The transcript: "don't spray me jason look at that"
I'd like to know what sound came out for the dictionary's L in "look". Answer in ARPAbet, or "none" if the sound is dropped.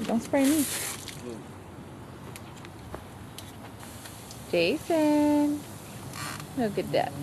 N